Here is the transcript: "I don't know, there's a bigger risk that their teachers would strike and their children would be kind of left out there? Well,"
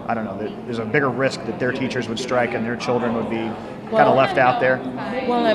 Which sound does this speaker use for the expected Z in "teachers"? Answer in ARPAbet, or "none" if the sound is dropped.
Z